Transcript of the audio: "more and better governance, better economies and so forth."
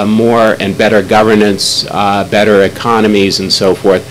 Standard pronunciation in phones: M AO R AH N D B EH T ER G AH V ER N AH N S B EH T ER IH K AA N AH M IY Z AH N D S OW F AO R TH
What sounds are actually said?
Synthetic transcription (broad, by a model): M AO R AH N B EH T ER G AH V ER N AH N S B EH T ER IH K AA N AH M IY Z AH N S OW F AO R TH